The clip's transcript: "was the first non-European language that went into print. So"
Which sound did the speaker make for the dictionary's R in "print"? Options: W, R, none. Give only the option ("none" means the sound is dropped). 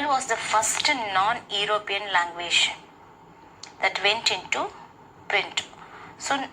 R